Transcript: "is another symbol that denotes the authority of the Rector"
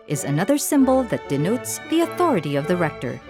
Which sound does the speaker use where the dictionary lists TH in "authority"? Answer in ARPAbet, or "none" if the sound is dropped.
TH